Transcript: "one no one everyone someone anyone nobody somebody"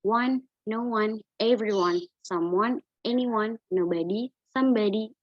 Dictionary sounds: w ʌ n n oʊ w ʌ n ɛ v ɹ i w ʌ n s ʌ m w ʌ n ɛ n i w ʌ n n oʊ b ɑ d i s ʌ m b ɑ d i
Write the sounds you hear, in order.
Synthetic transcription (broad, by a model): w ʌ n n oʊ w ʌ n ɛ v ɹ i w ʌ n s ʌ m w ʌ n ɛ n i w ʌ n n oʊ b ɑ d i s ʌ m b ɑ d i